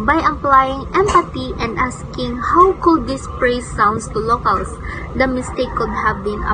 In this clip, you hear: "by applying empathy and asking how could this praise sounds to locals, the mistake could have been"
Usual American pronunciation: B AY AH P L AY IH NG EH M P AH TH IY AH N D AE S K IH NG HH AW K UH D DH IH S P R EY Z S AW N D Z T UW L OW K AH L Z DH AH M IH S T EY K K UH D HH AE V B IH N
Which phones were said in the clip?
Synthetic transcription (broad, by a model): B AY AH P L AY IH NG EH M P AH T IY AH N D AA S K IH NG HH AW K UH D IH S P R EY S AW N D S T UW L OW K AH L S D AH M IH S T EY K K UH D HH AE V B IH N